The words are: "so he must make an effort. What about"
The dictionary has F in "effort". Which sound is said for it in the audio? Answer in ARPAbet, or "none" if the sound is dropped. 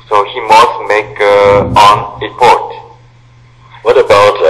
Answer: P